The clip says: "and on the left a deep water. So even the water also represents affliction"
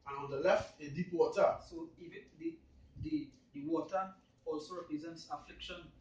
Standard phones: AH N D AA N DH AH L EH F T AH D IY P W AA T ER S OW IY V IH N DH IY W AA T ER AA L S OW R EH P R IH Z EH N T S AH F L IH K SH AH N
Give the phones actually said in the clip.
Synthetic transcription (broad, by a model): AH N AA N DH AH L EH F T AH D IY P W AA T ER S OW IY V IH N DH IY W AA T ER AA L S OW R EH P R IH Z EH N T S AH F L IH K SH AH N